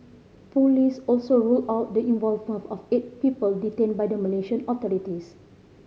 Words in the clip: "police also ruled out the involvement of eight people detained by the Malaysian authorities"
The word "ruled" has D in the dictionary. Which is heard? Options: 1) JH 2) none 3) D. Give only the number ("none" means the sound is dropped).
2